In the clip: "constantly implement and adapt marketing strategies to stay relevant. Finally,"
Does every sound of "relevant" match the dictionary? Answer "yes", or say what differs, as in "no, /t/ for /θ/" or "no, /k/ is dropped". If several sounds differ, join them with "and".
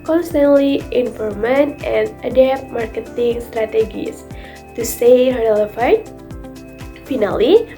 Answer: no, /f/ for /v/